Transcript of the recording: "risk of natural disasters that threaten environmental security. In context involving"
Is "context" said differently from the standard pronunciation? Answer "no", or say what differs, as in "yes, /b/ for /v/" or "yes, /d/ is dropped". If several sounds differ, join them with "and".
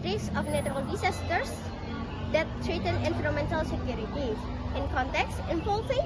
no